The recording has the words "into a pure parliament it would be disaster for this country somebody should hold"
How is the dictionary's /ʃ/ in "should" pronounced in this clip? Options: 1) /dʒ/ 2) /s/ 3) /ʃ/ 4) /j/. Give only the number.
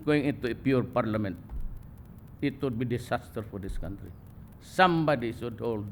2